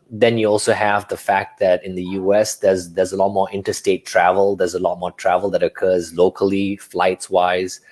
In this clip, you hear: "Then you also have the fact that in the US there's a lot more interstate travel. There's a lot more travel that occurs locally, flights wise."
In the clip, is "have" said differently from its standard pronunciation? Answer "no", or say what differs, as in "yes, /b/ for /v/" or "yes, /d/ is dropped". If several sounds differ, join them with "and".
no